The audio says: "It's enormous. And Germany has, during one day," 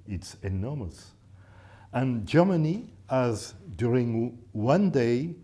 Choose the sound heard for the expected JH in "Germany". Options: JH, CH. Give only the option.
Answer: JH